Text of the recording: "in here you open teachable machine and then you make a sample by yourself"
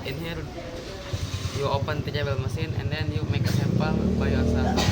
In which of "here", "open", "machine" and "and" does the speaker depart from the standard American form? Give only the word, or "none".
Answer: machine